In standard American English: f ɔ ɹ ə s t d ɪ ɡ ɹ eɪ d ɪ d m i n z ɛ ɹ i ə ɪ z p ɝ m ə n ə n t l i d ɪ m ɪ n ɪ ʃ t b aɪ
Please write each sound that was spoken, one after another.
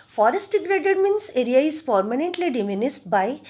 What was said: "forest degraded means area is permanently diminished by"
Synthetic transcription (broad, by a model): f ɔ ɹ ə s t d ɪ ɡ ɹ eɪ d ɪ d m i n s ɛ ɹ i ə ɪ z p ɝ m ə n ə n t l i d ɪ m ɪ n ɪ s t b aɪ